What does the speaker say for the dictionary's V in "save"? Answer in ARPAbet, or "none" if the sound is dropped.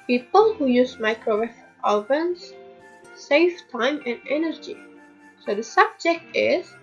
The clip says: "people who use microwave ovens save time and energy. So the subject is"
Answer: F